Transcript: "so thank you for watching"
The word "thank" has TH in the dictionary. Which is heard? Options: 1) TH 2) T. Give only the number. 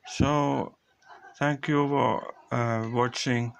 2